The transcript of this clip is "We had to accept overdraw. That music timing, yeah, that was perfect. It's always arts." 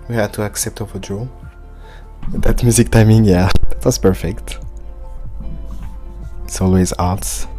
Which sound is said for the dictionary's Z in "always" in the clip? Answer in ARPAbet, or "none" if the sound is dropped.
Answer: Z